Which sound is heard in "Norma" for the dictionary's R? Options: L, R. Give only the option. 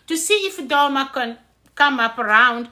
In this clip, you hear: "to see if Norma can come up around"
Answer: L